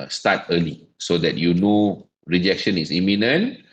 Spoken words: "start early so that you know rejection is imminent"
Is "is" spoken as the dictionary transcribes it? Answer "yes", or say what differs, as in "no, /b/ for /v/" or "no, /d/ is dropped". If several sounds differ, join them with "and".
no, /s/ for /z/